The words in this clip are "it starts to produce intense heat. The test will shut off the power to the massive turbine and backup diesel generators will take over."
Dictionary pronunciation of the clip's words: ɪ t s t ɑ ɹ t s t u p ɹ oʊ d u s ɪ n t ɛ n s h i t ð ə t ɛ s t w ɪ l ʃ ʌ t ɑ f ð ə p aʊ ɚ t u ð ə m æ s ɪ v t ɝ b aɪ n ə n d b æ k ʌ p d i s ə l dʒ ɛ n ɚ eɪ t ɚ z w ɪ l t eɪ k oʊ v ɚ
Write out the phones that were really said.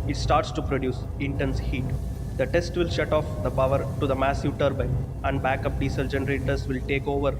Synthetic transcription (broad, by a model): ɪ t s t ɑ ɹ t s t u p ɹ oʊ d u s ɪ n t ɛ n s h i t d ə t ɛ s t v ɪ l ʃ ʌ t ɑ f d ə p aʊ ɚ t u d ə m æ s ɪ v t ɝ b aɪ ə n d b æ k ʌ p d i s ə l dʒ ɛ n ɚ eɪ t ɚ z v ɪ l t eɪ k oʊ v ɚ